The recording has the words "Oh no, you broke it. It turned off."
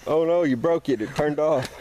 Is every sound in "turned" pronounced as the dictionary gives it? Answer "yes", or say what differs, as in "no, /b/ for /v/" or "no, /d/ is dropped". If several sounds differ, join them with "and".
yes